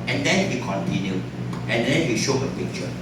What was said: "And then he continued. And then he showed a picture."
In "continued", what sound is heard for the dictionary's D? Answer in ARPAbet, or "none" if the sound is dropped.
none